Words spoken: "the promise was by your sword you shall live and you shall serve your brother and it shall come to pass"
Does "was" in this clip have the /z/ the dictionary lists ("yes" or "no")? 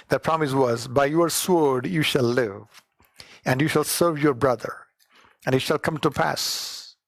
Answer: yes